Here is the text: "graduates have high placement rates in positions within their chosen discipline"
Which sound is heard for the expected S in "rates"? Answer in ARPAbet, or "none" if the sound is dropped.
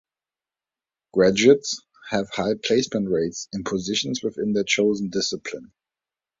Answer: S